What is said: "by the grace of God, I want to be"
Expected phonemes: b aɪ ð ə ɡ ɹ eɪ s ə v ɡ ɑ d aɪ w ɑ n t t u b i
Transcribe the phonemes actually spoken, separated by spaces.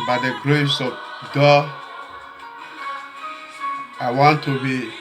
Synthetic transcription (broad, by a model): b aɪ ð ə ɡ ɹ eɪ s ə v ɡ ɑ aɪ w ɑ n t t u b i